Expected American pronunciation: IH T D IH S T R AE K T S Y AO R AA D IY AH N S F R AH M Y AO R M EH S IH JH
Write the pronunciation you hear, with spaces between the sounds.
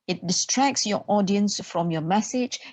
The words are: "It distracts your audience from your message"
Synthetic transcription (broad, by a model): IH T D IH S T R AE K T S Y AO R AA D IY AH N S F R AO M Y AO M EH S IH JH